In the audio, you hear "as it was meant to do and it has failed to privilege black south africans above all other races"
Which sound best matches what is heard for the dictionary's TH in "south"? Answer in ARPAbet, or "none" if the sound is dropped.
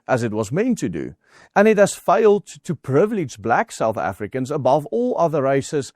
TH